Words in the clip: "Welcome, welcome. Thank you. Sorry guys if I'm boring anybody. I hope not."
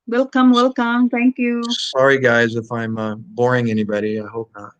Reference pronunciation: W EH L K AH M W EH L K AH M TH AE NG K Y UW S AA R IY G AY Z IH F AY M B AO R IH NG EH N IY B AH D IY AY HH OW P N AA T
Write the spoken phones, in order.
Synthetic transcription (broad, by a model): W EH L K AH M W EH L K AH M T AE NG K Y UW S AA R IY G AY Z IH F AY M B AO R IH NG EH N IY B AH D IY AY HH OW P N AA T